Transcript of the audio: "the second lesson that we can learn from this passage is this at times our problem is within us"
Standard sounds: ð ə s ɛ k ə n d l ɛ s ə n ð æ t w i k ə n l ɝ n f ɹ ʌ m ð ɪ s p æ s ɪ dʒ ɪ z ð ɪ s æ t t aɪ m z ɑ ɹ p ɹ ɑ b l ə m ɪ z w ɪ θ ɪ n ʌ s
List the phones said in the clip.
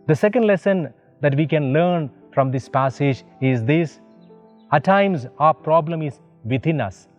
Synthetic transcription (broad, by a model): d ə s ɛ k ə n d l ɛ s ə n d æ t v i k ə n l ɝ n f ɹ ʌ m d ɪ s p æ s ɪ dʒ ɪ z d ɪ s æ t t aɪ m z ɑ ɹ p ɹ ɑ b l ə m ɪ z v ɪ t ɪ n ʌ s